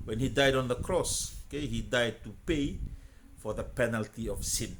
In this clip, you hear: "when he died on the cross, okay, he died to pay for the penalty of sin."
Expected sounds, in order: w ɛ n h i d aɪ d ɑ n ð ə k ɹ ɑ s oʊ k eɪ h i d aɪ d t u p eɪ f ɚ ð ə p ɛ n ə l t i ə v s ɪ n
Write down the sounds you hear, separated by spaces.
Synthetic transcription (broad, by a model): w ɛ n h i d aɪ d ɑ n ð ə k ɹ ɑ s oʊ k eɪ h i d aɪ d t u p eɪ f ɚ ð ə p ɛ n ə l t i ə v s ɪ n